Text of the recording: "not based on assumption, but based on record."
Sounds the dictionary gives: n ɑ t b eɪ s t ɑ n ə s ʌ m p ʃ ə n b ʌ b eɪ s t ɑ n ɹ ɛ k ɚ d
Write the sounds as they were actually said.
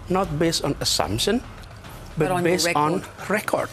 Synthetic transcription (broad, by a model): n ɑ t b eɪ s t ɑ n ə s ʌ m p ʃ ə n b ʌ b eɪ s ɑ n ɹ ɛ k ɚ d